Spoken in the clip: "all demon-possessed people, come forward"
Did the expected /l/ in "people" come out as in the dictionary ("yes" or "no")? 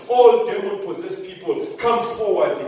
yes